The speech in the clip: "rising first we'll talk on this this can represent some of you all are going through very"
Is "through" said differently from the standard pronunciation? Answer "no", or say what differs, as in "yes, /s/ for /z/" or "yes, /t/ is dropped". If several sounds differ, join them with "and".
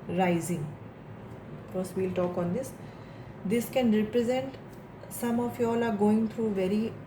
yes, /t/ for /θ/